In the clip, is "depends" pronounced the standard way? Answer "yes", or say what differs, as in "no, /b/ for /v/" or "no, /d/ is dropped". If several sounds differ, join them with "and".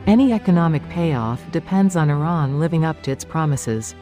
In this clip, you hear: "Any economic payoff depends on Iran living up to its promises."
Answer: yes